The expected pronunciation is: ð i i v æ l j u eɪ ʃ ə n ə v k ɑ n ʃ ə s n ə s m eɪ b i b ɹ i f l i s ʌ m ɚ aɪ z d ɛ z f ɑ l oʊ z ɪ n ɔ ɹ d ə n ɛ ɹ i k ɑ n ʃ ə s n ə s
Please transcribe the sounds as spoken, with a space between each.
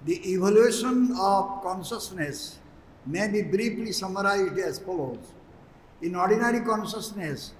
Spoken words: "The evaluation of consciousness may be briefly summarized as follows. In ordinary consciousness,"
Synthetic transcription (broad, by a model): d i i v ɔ l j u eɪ ʃ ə n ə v k ɑ n ʃ ə s n ə s m eɪ b i b ɹ i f l i s ʌ m ɚ aɪ z d ɛ z f ɑ l oʊ z ɪ n ɔ ɹ d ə n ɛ ɹ i k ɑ n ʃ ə s n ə s